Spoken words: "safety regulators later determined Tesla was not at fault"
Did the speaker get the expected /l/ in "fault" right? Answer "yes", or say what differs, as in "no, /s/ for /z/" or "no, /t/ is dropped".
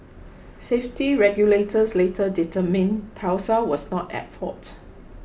no, /l/ is dropped